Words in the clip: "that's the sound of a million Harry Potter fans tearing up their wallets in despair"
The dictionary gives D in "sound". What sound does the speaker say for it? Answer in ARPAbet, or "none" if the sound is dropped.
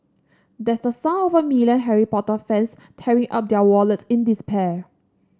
none